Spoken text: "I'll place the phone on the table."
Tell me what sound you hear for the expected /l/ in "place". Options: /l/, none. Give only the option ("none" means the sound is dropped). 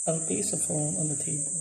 none